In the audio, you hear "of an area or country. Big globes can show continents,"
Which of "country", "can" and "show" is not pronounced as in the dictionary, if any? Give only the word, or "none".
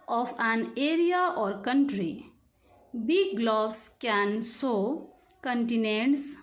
show